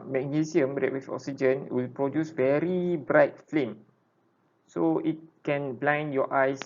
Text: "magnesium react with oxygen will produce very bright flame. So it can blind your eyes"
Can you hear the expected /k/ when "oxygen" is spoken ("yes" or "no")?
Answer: yes